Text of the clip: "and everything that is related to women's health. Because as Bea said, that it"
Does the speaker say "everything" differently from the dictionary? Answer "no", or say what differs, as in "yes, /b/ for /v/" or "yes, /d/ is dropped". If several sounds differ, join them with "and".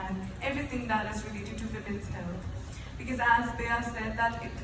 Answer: yes, /t/ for /θ/